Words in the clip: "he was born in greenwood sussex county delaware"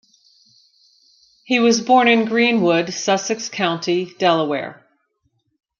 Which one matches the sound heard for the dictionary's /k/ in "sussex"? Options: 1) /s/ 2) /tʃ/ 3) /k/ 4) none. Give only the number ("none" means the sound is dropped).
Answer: 3